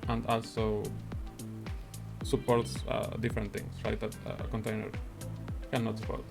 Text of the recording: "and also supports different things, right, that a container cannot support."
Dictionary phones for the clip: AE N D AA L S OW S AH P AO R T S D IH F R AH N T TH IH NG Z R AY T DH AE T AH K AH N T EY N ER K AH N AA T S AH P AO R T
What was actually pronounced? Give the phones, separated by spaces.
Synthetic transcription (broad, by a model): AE N D AA L S OW S AH P AO R T S D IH F R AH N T T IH NG S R AY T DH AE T K AH N T EY N ER K AH N AA T S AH P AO R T